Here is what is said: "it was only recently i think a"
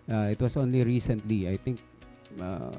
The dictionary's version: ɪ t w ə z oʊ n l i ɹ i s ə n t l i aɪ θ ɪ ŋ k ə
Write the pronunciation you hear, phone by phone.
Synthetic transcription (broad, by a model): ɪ t w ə s oʊ n l i ɹ i s ə n t l i aɪ t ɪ ŋ k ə